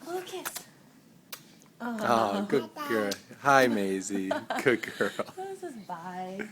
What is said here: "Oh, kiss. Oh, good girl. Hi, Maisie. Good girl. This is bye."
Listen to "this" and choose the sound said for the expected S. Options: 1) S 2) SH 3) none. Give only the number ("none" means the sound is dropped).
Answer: 3